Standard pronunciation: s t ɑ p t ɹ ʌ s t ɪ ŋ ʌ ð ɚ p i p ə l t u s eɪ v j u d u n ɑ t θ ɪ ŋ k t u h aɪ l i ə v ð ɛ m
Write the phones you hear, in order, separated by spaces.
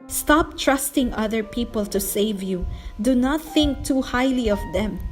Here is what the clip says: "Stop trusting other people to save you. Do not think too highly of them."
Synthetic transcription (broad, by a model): s t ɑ p t ɹ ʌ s t ɪ ŋ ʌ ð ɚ p i p ə l t u s eɪ v j u d u n ɑ t θ ɪ ŋ k t u h aɪ l i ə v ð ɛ m